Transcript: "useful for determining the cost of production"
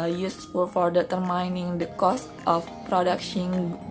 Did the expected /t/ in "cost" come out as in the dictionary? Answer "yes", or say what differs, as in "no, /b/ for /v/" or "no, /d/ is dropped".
yes